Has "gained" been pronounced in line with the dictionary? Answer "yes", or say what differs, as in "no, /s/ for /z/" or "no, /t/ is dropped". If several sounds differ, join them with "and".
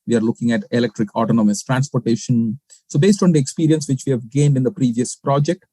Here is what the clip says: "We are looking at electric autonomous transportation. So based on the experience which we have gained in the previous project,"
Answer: yes